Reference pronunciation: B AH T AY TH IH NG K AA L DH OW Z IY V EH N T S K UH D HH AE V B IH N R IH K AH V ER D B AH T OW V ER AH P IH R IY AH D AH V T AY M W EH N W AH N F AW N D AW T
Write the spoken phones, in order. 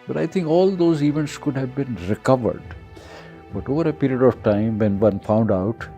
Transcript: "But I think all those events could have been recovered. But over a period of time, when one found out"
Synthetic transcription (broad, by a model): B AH T AY T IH NG K AA L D OW Z IY V EH N T S K UH D HH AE V B IH N R IH K AH V ER D B AH T OW V ER AH P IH R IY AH D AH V T AY M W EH N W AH N F AW N D AW T